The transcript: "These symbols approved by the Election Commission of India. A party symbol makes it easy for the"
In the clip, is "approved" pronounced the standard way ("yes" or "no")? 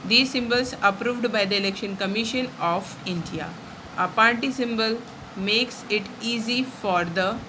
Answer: yes